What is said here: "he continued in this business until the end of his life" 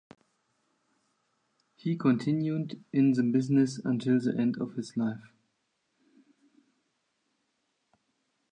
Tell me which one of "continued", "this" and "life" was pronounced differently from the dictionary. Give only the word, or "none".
this